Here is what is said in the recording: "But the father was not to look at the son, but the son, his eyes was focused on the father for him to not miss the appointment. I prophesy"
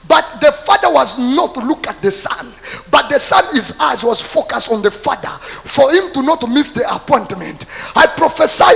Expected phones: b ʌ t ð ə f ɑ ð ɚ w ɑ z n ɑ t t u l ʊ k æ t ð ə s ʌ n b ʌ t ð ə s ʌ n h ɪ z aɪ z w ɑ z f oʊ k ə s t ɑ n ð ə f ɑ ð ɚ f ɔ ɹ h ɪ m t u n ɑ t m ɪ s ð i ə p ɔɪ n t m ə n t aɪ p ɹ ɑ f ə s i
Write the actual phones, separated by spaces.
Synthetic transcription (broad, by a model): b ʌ t ð ə f ɑ ð ɚ w ɑ z n ɑ t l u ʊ k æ t ð ə s ʌ n b ʌ t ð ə s ʌ n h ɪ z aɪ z w ɑ z f oʊ k ə s t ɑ n ð ə f ɑ ð ɚ f ɔ ɹ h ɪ m t u n ɑ t m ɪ s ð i ə p ɔɪ n t m ə n t aɪ p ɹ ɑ f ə s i